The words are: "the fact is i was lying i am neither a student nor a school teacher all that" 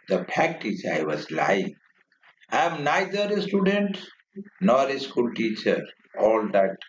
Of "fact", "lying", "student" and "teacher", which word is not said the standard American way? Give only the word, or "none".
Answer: fact